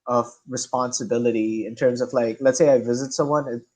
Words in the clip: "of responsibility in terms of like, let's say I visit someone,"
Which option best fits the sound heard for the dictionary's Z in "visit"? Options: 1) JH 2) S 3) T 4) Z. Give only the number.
4